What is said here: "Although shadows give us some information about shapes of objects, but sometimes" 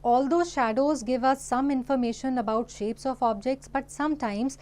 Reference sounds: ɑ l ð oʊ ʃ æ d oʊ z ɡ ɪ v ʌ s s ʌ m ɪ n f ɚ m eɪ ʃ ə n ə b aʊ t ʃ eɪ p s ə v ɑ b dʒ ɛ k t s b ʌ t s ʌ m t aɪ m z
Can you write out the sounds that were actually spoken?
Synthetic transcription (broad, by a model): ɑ l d oʊ ʃ æ d oʊ z ɡ ɪ v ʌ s s ʌ m ɪ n f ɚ m eɪ ʃ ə n ə b aʊ t ʃ eɪ p s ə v ɑ b dʒ ɛ k t s b ʌ t s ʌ m t aɪ m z